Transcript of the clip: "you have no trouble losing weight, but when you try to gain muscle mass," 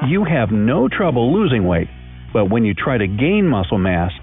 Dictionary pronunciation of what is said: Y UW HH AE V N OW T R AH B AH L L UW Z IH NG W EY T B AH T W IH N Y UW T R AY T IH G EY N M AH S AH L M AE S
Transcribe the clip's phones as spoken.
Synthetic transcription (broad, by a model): Y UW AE V N OW T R AH B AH L L UW Z IH NG W EY T B AH T W IH N Y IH T R AY T IH G EY N M AH S L M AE S